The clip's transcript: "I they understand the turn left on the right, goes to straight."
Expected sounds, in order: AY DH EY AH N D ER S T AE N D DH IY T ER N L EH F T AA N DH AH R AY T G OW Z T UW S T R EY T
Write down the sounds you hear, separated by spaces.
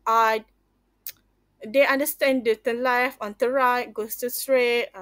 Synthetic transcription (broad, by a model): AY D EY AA N D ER S T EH N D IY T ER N L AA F AA N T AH R AY T G OW S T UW S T R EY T